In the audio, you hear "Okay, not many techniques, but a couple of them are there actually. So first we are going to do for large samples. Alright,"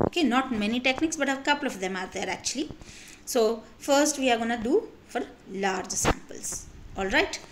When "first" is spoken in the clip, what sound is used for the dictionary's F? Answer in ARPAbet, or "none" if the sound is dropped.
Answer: F